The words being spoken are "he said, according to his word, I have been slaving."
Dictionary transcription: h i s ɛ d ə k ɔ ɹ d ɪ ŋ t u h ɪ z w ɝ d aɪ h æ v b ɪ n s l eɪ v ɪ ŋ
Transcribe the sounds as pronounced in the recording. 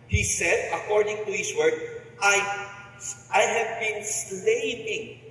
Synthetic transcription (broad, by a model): h i s ɛ d ə k ɔ ɹ d ɪ ŋ t u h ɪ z w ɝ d aɪ h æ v b ɪ n s l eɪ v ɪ ŋ